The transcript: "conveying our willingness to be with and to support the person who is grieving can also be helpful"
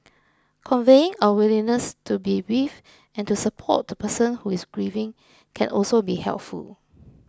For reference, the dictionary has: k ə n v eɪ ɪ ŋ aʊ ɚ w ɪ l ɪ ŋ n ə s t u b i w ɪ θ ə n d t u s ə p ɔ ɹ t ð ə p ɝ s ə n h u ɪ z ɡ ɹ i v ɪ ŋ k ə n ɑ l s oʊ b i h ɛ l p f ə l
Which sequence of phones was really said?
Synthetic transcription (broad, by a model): k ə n v eɪ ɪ ŋ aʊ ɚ w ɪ l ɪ n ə s t u b i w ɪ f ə n t u s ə p ɔ t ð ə p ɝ s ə n h u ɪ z ɡ ɹ i v ɪ ŋ k ə n ɑ l s oʊ b i h ɛ l p f ə l